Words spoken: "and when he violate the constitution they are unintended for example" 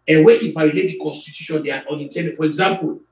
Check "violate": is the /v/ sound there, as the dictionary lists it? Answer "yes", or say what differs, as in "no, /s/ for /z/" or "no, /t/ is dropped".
no, /f/ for /v/